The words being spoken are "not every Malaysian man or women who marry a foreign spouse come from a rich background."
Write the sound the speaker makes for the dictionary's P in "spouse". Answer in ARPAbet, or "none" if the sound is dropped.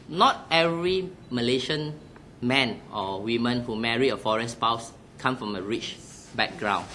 P